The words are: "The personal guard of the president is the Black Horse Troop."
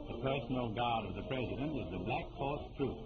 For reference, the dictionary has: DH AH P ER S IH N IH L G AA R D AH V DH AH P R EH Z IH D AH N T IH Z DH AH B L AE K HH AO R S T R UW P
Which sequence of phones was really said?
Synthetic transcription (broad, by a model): DH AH P ER S N L G AA R D AH V DH AH P R EH Z IH D AH N T IH Z DH AH B L AE K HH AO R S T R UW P